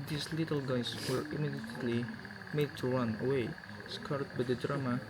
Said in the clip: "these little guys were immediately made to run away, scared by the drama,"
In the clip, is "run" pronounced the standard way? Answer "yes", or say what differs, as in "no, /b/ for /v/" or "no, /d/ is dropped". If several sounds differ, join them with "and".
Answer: no, /l/ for /ɹ/